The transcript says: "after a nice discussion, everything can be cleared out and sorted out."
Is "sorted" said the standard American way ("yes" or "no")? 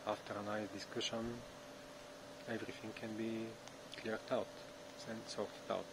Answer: no